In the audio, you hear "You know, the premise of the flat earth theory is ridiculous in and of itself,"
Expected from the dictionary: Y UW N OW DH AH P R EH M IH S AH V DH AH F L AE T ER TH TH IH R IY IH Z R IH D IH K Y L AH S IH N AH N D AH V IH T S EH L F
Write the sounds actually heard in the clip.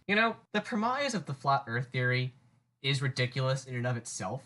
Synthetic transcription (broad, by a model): Y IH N OW DH AH P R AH M IH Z AH V DH AH F L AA T ER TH TH IH R IY IH Z R IH D IH K Y L AH S IH N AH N AH V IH T S EH L F